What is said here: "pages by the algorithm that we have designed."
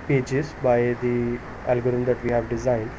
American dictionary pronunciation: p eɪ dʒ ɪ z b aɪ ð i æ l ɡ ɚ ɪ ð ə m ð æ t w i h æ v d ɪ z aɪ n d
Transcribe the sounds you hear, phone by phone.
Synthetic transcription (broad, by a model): p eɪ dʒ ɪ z b aɪ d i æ l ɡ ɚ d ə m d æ t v i h æ v d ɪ z aɪ n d